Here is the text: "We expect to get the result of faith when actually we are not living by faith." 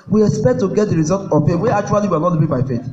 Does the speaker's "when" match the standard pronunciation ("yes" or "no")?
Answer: no